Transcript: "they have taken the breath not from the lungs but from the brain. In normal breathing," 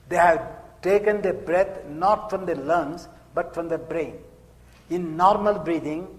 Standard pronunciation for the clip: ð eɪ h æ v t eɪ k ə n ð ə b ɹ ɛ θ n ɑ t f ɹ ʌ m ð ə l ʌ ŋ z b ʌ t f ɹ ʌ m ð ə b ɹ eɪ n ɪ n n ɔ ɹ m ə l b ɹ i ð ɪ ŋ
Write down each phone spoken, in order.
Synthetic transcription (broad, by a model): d eɪ h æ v t eɪ k ə n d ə b ɹ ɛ t n ɑ t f ɹ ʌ m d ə l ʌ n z b ʌ t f ɹ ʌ m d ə b ɹ eɪ n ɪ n n ɔ ɹ m ə l b ɹ i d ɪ ŋ